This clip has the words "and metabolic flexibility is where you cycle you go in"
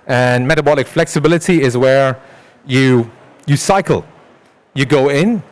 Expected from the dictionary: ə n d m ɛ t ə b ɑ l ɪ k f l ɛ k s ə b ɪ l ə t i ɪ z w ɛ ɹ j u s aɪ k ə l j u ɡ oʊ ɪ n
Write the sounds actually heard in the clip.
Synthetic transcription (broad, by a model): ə n m ɛ t ə b ɑ l ɪ k f l ɛ k s ə b ɪ l ə t i ɪ z w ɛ ɹ j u s aɪ k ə l j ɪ ɡ oʊ ɪ n